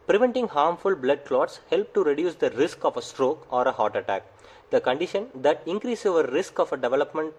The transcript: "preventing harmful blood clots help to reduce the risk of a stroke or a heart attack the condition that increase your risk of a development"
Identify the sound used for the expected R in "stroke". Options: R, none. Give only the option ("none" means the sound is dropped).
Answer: R